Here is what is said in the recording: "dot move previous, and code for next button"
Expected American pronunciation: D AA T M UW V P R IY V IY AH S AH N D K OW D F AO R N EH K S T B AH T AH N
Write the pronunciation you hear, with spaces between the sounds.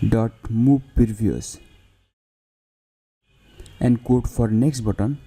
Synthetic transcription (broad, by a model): D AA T M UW B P IY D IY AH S AH N D K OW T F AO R N EH K S T B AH T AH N